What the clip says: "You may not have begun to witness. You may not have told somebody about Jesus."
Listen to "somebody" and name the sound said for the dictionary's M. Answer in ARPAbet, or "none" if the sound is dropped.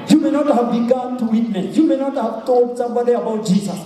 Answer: none